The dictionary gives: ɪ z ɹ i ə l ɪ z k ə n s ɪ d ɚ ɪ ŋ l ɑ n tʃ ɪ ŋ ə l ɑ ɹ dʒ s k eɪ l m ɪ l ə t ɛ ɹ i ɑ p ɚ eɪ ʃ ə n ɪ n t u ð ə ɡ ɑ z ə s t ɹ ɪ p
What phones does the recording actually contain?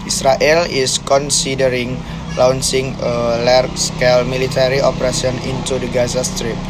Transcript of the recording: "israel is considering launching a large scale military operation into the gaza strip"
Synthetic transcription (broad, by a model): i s ɹ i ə l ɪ s k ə n s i d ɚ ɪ ŋ l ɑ n s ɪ ŋ ə l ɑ ɹ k s k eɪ l m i l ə t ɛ ɹ i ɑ p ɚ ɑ s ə n ɪ n t u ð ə ɡ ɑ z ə s t ɹ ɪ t